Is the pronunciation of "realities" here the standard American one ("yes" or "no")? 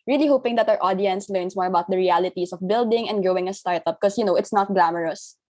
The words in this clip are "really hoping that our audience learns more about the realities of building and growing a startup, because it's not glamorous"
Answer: no